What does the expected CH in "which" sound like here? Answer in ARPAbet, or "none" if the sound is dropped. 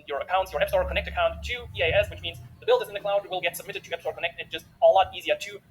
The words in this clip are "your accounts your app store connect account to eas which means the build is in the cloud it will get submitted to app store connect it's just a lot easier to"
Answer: CH